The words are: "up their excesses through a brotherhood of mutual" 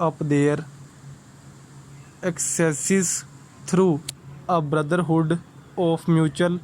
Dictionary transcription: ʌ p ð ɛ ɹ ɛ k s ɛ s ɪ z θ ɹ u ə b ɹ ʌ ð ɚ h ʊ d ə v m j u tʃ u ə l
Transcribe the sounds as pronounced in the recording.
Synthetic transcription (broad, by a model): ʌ p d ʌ ɹ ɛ k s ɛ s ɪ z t ɹ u ə b ɹ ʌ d ɚ h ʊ d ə p m j u tʃ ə l